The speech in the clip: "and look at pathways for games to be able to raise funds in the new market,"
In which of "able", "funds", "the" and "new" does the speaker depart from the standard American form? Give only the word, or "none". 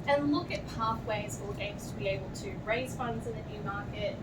none